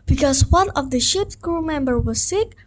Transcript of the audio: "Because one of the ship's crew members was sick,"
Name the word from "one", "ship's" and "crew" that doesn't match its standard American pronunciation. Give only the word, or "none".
none